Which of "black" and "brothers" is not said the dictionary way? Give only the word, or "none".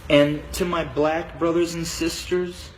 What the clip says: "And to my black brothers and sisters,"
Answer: none